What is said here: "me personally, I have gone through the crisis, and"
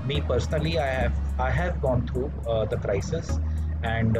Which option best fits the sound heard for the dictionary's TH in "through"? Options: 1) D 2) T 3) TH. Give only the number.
2